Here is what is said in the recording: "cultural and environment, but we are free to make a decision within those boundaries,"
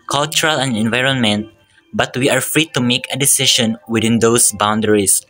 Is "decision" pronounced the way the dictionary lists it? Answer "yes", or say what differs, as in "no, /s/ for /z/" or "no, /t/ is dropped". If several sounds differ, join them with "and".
no, /ʃ/ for /ʒ/